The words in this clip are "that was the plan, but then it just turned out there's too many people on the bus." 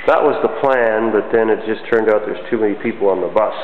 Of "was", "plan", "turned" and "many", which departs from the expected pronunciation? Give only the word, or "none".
none